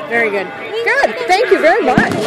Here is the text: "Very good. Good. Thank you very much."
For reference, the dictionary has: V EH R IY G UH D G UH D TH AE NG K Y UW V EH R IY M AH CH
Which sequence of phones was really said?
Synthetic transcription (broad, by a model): V EH R IY G UH D G UH D TH AE NG K Y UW V EH R IY M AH CH